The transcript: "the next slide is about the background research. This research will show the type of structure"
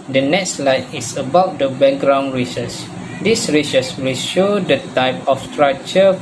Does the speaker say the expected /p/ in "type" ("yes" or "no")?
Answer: yes